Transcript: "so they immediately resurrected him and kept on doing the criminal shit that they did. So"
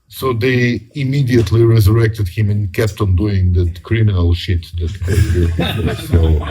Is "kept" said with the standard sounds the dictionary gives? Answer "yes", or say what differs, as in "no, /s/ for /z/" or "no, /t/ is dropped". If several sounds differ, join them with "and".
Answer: yes